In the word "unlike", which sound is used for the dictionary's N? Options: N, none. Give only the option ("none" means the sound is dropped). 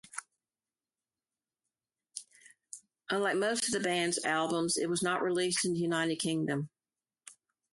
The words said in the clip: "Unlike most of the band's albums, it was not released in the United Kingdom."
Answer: N